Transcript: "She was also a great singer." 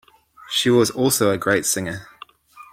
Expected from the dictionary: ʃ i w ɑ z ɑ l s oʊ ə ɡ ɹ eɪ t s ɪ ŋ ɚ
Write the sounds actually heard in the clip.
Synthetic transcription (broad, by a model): ʃ i w ɑ z ɑ l s oʊ ə ɡ ɹ eɪ t s ɪ ŋ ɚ